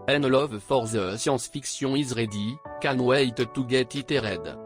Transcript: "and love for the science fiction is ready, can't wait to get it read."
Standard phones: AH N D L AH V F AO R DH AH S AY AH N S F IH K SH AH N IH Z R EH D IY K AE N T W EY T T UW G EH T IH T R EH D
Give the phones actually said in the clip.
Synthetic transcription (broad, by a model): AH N L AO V F AO R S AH S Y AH S F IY K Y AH IH Z R EH D IY K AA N W EY T T UW G EH T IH T R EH D